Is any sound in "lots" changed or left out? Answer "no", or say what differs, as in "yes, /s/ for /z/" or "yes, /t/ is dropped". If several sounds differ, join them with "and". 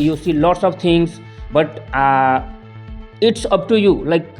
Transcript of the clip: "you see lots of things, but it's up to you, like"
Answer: no